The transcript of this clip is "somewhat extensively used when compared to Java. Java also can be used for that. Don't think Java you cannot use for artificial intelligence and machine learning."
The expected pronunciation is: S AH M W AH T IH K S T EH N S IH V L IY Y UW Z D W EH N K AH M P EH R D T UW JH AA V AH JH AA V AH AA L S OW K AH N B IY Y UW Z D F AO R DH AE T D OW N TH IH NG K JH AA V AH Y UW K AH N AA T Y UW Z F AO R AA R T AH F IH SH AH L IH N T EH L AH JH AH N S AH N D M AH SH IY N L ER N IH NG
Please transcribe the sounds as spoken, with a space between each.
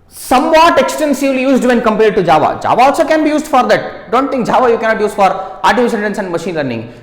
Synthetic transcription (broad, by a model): S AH M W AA T IH K S T EH N S IH V L IY Y UW Z D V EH N K AH M P EH R D T UW JH AA V AH JH AA V AH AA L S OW K AH N B IY Y UW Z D F AO R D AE T D OW N T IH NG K JH AA V AH Y UW K AH N AA T Y UW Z F AO R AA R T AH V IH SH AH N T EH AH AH N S AH N D M AH SH IY N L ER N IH NG